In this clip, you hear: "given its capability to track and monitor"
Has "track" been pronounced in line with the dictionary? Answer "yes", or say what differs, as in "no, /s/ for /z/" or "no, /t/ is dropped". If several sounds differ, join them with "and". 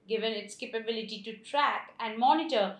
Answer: yes